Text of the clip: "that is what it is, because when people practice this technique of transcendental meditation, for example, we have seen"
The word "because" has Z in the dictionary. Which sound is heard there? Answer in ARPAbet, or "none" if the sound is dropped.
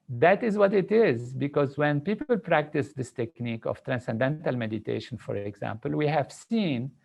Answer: Z